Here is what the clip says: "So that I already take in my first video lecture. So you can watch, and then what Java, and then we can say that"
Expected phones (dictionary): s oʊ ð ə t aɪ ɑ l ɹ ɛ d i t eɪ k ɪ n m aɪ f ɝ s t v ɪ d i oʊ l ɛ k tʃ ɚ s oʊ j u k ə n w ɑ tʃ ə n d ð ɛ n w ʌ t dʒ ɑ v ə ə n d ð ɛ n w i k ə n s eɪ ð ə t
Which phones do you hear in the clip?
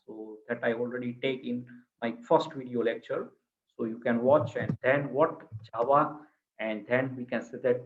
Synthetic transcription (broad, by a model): s oʊ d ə t aɪ ɑ l ɹ ɛ d i t eɪ k ɪ n m aɪ f ɝ s t v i d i oʊ l ɛ k tʃ ɚ s oʊ j u k ə n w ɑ tʃ ə n d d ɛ n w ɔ t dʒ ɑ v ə ə n d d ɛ n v i k ə n s eɪ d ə t